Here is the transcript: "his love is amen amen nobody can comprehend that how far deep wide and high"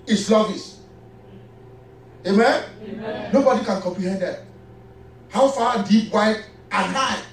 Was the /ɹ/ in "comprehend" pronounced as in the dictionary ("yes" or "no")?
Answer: yes